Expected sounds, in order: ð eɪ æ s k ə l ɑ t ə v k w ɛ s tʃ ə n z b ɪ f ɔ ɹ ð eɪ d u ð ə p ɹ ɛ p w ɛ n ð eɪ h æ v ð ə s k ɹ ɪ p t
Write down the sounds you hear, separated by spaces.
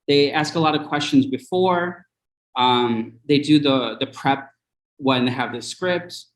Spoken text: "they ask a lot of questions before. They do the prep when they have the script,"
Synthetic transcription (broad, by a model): ð eɪ æ s k ə l ɑ t ə v k w ɛ s tʃ ə n z b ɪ f ɔ ɹ ð eɪ d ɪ ð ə p ɹ ɛ p w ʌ n ð eɪ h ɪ v ð ə s k ɹ ɪ p t